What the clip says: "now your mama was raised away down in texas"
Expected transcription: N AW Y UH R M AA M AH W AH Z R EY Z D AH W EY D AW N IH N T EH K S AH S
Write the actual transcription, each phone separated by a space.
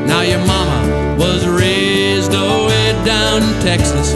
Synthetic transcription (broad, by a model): N AW Y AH R M AA M AH W AH Z R EY Z D AH W EY D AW IH N T EH K S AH S